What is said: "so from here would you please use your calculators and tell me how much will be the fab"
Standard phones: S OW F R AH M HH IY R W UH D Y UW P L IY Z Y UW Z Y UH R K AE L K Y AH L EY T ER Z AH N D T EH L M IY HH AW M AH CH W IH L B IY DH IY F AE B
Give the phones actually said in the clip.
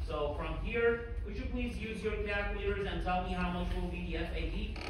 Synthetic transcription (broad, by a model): S OW F R AH M HH IY R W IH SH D P L IY Z Y UW Z Y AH R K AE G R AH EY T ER Z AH N T EH L M IY HH AW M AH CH W IH L B IY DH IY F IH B